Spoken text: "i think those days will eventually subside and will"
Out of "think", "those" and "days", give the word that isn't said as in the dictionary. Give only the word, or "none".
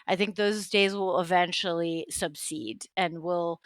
none